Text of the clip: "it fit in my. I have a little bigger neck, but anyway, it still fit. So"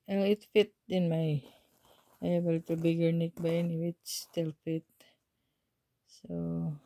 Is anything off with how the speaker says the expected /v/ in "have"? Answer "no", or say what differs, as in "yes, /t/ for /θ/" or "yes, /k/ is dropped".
yes, /b/ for /v/